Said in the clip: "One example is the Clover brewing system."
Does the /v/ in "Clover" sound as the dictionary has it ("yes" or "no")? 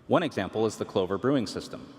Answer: yes